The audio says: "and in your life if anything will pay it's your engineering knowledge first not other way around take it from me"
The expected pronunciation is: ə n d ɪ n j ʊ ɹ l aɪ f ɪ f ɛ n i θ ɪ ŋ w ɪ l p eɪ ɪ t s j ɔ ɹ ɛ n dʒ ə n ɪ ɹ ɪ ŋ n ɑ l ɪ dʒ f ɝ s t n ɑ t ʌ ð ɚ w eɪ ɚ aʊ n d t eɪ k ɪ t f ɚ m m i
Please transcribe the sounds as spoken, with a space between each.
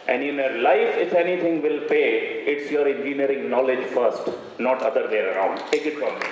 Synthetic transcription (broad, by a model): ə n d ɪ n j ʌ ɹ l aɪ f ɪ f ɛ n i t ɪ ŋ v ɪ l p eɪ ɪ t s j ɔ ɹ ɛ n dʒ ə n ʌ ɹ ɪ ŋ n ɑ l ɪ dʒ f ɝ s t n ɑ t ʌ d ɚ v eɪ ɚ aʊ n d t eɪ k ɪ t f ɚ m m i